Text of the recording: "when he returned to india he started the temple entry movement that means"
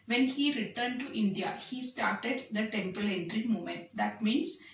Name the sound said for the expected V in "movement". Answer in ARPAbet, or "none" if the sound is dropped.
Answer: none